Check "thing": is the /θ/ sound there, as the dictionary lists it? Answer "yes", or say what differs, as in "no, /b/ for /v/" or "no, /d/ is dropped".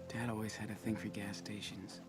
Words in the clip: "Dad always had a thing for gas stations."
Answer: yes